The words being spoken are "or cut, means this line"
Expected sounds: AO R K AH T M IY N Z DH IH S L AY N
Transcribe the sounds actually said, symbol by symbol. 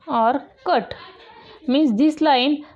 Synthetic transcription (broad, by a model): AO R K AH T M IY Z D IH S L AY N